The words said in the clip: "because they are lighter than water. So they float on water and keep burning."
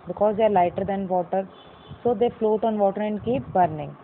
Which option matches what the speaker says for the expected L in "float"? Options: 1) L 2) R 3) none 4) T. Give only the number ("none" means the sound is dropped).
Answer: 1